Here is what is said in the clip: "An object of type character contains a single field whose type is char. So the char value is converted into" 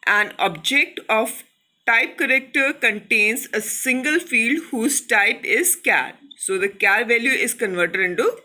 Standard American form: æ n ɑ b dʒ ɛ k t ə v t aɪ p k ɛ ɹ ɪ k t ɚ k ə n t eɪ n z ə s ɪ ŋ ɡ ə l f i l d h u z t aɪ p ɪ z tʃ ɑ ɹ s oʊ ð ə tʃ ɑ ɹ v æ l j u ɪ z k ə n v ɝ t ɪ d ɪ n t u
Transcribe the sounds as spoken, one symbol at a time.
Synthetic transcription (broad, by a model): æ n ɑ b dʒ ɛ k t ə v t aɪ p k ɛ ɹ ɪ k t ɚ k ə n t eɪ n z ə s ɪ ŋ ɡ ə l f i l d h u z t aɪ p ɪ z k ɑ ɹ s oʊ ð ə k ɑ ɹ v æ l j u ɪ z k ə n v ɝ t ɪ d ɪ n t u